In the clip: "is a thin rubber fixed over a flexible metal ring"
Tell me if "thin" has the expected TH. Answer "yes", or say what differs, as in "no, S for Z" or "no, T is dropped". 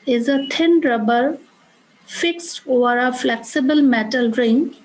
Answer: no, T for TH